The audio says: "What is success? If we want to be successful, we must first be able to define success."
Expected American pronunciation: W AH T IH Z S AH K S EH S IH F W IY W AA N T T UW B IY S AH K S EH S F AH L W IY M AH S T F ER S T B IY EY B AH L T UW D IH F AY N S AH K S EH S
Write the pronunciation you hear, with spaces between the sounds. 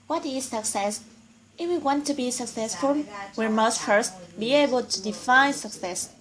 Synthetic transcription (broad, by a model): W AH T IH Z S AH K S EH S IH F W IY W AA N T T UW B IY S AH K S EH S F AH L W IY M AH S T F ER S T B IY EY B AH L T UW D IH F AY N S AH K S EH S